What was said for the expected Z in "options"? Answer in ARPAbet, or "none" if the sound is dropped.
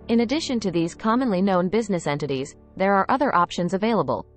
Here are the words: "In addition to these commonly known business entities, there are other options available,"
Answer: Z